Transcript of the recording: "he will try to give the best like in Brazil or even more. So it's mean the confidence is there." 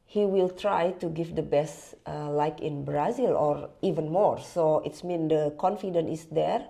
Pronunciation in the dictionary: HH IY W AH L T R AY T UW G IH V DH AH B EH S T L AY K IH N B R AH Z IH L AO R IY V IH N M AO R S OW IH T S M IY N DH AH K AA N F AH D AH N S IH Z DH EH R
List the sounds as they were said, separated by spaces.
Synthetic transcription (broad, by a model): HH IY W AH L T R AY T UW G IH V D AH B EH S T L AY K IH N B R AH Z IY L AO R IY V IH N M AO R S OW IH T S M IY N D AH K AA N F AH D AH N IH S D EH R